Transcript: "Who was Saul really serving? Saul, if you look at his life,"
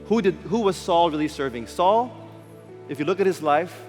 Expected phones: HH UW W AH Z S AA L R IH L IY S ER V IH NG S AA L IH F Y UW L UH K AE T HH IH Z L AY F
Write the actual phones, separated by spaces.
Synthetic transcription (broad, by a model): HH UW W AH Z S AA L R IH L IY S ER V IH NG S AA L IH F Y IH L UH K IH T HH IH Z L AY F